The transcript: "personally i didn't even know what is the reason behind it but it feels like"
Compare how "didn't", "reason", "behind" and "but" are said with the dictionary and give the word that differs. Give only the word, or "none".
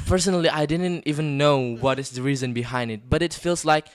none